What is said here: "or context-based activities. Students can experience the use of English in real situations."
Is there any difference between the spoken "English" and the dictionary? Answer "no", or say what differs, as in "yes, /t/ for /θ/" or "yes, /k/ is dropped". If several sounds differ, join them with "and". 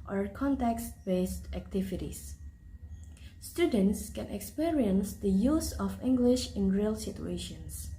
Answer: no